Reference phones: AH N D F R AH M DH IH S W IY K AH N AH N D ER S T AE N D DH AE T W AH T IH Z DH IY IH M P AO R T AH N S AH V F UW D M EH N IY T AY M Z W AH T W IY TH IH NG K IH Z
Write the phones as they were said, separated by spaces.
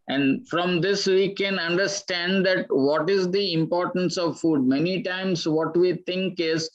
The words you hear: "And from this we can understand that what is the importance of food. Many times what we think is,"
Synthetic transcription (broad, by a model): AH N D F R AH M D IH S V IY K AH N AH N D ER S T AE N D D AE T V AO T IH Z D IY IH M P AO R T AH N S AH V F UW D M EH N IY T AY M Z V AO T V IY T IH NG K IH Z